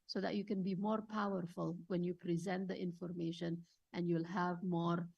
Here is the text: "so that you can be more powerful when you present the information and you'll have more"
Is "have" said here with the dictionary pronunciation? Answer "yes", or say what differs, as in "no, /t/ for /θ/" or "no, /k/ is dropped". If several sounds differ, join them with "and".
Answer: yes